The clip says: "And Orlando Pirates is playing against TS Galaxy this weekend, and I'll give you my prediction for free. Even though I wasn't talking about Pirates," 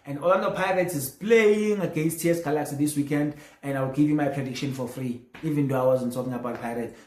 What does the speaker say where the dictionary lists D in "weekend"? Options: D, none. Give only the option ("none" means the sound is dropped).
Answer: D